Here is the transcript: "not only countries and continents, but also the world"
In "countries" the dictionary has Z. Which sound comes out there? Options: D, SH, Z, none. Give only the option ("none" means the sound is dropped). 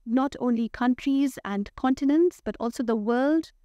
Z